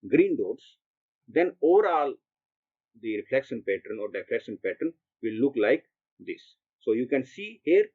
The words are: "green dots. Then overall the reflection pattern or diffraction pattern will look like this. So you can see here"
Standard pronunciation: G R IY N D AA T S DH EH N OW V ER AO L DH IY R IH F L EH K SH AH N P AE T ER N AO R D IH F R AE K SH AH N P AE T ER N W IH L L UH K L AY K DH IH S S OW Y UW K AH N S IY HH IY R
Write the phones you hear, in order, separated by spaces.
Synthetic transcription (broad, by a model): G R IY N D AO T S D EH N OW V ER AO L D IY R IH F L EH K SH AH N P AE T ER N AO R D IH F L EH K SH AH N P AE T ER N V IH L L UH K L AY K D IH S S OW Y UW K AH N S IY HH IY R